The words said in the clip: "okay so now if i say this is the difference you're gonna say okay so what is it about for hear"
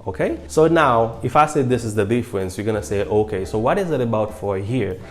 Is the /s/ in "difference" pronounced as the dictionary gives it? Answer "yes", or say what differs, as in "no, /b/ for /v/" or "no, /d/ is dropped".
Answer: yes